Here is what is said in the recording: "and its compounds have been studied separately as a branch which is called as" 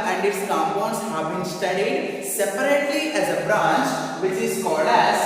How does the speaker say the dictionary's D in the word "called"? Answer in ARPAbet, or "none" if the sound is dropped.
none